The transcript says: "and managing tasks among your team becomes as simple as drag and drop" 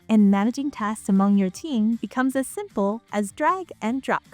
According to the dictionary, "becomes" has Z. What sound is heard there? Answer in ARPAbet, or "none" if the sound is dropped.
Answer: Z